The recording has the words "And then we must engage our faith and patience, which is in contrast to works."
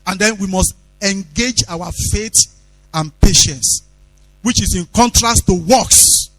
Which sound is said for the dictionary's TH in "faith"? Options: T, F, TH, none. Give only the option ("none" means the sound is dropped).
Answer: T